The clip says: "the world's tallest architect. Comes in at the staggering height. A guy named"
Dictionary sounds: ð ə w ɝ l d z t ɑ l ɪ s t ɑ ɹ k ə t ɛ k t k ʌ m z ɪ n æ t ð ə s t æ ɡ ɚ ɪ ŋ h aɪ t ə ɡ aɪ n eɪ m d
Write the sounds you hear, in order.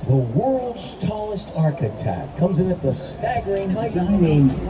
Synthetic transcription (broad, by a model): ð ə w ɝ l d z t ɑ l ɪ s t ɑ ɹ k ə t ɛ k k ʌ m z ɪ n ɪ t ð ə s t æ ɡ ɚ ɪ ŋ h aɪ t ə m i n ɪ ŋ